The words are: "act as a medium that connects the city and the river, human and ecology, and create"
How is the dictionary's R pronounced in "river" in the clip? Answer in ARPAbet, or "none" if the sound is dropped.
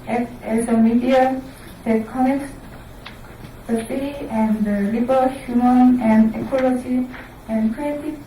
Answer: L